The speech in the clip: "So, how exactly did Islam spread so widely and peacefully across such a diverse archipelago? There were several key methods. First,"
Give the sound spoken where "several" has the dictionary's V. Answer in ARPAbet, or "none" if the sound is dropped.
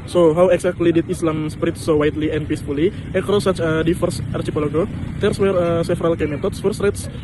F